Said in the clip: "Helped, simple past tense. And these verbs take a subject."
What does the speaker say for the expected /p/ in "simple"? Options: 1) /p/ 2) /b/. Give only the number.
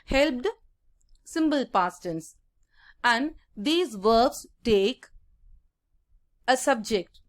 2